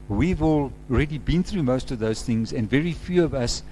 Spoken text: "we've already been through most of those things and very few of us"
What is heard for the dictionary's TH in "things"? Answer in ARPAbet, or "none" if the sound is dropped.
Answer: TH